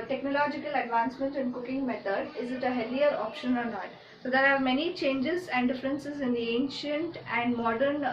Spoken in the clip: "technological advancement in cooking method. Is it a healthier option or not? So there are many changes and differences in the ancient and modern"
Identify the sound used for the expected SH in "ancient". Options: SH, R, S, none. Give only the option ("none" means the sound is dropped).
SH